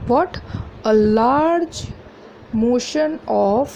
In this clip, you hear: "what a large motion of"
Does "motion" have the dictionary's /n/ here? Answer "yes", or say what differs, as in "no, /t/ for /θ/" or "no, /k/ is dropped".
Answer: yes